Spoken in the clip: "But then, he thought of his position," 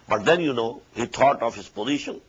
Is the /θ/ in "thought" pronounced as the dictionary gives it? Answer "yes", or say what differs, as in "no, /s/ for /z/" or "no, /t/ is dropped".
no, /t/ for /θ/